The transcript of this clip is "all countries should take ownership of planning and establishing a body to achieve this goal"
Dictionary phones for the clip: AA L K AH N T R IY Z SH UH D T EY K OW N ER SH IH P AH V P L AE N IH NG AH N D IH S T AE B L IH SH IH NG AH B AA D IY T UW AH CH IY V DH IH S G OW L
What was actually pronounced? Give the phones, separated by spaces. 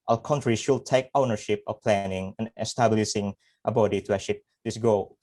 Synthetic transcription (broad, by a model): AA K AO N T R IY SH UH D T EY K OW N ER SH IH P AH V P L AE N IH NG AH N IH S T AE B L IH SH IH NG AH B AA D IY T UW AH SH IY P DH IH S G OW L